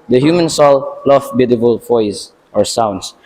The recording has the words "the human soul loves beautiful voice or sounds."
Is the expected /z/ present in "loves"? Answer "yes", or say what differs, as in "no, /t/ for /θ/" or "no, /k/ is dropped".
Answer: no, /z/ is dropped